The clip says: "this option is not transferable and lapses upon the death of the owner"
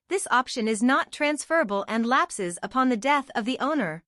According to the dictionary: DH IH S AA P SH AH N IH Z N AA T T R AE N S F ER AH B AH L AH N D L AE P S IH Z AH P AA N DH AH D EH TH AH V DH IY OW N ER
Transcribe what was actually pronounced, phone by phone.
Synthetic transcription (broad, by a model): DH IH S AA P SH AH N IH Z N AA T T R AE N S F ER AH B AH L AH N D L AE P S IH Z AH P AA N DH AH D EH TH AH V DH IY OW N ER